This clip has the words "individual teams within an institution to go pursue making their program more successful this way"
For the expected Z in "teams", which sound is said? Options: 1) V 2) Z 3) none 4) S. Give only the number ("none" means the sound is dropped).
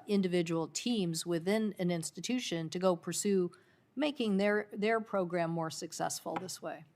2